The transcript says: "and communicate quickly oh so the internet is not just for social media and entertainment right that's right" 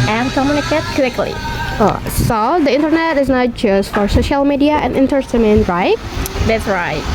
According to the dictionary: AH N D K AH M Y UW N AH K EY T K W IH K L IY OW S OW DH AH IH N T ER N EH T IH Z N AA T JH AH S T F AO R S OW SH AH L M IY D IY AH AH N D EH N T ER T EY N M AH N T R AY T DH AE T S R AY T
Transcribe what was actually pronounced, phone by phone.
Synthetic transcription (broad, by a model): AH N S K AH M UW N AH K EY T K W IH K L IY OW S OW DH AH IH N T ER N EH T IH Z N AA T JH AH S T F AO R S OW SH AH L M IY D IY AH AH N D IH N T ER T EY M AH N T R AY T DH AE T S R AY T